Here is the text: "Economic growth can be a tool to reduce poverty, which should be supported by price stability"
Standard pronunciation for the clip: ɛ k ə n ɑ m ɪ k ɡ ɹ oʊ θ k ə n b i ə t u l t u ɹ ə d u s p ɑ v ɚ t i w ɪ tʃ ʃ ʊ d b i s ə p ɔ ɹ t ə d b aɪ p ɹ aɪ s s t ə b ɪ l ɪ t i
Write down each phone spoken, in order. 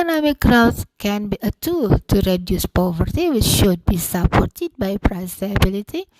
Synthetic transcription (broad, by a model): n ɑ m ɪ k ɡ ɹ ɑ t k ə n b i ə t u l t u ɹ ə d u s p ɑ v ɚ t i w ɪ tʃ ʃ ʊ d b i s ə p ɔ ɹ t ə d b aɪ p ɹ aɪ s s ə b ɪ l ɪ t i